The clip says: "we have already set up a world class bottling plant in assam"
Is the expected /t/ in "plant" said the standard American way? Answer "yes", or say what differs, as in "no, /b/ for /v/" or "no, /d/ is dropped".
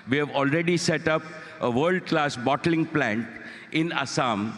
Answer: yes